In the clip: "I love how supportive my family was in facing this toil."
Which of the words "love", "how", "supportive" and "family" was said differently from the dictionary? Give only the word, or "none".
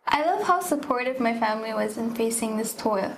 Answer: none